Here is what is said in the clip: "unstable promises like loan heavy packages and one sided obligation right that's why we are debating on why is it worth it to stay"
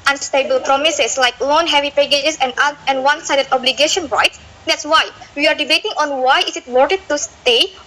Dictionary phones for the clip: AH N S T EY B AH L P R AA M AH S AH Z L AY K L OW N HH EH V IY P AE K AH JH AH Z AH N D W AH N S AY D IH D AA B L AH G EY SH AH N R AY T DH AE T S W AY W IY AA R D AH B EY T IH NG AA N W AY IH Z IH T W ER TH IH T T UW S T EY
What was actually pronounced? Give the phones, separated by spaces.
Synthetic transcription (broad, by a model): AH N S T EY B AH L P R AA M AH S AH S L AY K L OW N HH EH V IY P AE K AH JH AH S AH N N W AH N S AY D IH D AA B L AH G EY SH AH N R AY T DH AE T S W AY W IY AA R D AH B EY T IH NG AA N W AY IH S IH T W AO T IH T T UW S T EY